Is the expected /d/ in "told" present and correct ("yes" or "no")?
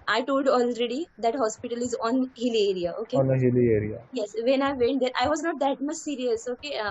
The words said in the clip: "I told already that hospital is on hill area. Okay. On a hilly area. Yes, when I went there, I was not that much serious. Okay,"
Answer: yes